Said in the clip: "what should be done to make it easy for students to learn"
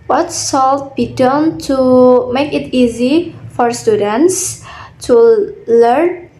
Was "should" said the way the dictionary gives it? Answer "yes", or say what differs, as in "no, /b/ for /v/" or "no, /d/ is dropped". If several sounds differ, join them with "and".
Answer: no, /s/ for /ʃ/